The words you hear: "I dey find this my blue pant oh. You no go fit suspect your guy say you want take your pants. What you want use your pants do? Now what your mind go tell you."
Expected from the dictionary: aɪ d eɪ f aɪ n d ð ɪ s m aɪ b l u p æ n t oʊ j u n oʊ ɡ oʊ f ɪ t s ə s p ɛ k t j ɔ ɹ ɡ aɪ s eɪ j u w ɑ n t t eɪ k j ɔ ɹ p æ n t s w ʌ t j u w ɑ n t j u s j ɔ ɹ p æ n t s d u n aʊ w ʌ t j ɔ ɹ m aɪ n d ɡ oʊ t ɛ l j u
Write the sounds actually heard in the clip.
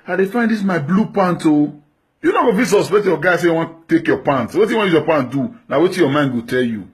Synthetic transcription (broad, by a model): aɪ d eɪ f aɪ n d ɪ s m aɪ b l u p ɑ n t oʊ j u n oʊ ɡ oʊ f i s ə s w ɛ t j ɔ ɡ aɪ s eɪ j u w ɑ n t t eɪ k j ɔ p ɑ n t w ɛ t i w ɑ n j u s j ɔ p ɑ n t d u n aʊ w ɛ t j ɔ m aɪ n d ɡ oʊ t ɛ l j u